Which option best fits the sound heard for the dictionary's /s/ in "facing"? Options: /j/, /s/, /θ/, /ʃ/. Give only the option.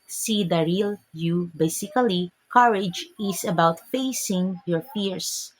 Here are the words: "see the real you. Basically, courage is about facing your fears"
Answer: /s/